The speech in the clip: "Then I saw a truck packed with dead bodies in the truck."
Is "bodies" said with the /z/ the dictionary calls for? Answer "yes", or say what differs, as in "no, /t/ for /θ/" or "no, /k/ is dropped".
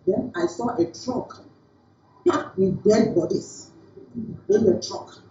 no, /s/ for /z/